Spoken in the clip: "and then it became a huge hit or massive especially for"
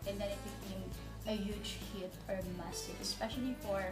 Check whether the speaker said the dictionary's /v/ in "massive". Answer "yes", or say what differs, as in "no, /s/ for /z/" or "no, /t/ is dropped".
no, /v/ is dropped